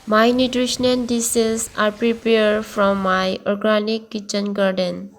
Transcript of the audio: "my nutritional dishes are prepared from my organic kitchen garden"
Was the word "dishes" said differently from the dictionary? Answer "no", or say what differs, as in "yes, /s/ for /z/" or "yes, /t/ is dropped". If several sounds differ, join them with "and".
yes, /s/ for /ʃ/